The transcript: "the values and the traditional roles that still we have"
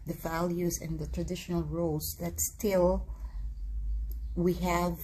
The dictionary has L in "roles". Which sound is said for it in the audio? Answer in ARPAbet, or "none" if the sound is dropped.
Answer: none